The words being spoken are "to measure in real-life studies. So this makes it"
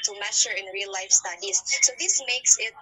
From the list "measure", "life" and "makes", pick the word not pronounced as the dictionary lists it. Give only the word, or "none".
measure